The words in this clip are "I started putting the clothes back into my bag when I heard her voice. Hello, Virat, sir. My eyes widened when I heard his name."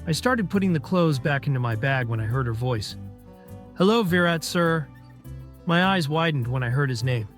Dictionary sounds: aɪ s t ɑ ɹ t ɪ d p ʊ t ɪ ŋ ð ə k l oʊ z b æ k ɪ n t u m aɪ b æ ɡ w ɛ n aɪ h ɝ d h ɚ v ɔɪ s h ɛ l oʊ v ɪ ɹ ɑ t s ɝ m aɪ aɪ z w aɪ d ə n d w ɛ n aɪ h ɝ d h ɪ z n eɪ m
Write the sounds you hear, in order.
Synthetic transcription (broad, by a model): aɪ s t ɑ ɹ t ɪ d p ʊ t ɪ ŋ ð ə k l oʊ z b æ k ɪ n t u m aɪ b æ ɡ w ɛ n aɪ h ɝ d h ɚ v ɔɪ s h ɛ l oʊ v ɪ ɹ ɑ t s ɝ m aɪ aɪ z w aɪ d n d w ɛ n aɪ h ɝ d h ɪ z n eɪ m